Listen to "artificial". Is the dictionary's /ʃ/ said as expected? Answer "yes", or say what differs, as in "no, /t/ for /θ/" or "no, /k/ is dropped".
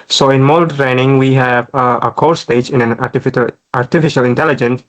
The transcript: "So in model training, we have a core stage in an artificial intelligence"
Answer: yes